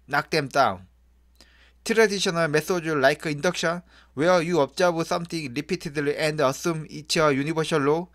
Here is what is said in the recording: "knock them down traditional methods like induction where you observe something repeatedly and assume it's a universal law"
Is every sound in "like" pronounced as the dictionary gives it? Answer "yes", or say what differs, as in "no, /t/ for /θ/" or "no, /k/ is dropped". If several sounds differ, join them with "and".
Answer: yes